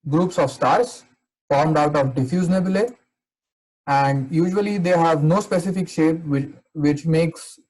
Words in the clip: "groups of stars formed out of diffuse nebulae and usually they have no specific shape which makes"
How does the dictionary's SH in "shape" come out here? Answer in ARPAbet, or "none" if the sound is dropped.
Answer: SH